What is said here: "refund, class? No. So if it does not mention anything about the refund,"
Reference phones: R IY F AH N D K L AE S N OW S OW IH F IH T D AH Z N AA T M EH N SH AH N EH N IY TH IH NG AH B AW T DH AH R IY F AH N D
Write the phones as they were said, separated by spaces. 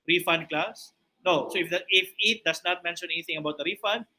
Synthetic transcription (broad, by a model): R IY F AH N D K L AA S N OW S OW IH F IH T D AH S N AA T M EH N SH AH N EH N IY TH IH NG AH B AW T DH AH R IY F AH N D